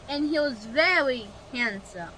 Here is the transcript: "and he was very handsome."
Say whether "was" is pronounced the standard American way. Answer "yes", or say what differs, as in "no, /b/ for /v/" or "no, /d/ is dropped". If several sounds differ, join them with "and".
yes